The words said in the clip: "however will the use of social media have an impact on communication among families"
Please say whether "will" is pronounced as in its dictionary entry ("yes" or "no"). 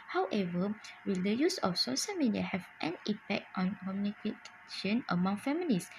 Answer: yes